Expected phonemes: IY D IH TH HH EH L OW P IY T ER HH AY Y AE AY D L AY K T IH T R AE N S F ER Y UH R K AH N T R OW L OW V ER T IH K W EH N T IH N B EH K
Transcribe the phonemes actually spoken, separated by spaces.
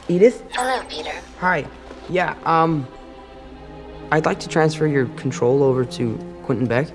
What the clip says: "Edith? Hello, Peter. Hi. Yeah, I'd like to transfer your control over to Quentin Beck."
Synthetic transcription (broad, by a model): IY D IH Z HH EH L OW P IY T ER HH AY Y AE AY D L AY K T IH T R AE N S F ER Y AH R K N T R OW L OW V ER T IH K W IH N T N B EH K